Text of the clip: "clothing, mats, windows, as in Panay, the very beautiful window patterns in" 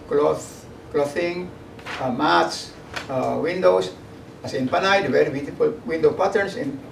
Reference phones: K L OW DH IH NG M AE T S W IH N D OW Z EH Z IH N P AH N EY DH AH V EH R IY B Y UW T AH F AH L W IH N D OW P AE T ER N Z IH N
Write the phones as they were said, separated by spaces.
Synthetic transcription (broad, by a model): K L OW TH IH NG M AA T S W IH N D OW S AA S IH N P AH N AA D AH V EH R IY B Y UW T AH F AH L W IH N D OW P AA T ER N S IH N